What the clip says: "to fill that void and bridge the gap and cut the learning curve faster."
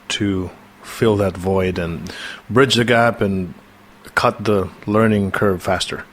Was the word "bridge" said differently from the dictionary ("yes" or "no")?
no